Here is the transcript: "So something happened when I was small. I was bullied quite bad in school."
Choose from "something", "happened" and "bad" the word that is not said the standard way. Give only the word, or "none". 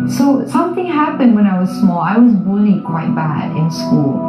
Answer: none